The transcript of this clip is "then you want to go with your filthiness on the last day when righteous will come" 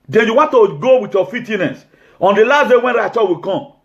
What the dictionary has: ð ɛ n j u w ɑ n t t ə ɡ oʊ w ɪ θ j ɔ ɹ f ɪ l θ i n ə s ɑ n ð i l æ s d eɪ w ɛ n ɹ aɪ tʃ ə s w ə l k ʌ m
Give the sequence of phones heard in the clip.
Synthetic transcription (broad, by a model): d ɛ n j u w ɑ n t t ə ɡ oʊ w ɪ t j ɔ f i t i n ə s ɑ n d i l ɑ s d eɪ w ɛ n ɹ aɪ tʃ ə w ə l k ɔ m